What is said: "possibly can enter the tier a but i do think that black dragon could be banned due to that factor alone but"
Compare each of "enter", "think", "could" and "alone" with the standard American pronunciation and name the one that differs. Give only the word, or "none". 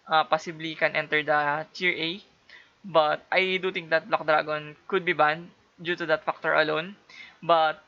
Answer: think